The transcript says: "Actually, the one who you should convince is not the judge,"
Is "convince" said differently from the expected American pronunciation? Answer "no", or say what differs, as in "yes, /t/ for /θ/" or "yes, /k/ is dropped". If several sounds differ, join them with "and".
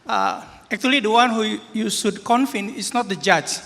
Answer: yes, /f/ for /v/ and /s/ is dropped